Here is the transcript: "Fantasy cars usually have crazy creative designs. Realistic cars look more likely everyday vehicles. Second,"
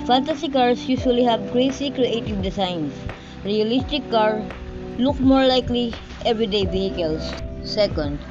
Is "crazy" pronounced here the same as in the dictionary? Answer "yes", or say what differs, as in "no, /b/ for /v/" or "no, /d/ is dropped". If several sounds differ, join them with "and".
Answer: no, /s/ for /z/